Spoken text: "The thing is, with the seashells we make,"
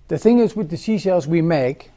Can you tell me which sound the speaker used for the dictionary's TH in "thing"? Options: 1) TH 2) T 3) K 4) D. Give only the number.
1